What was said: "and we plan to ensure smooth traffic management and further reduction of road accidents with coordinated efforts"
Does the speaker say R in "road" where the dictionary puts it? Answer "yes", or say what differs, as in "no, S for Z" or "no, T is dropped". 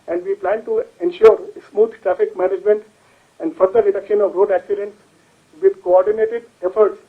yes